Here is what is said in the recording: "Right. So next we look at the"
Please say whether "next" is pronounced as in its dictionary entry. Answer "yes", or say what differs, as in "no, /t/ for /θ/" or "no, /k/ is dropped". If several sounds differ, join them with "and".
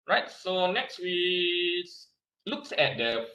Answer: yes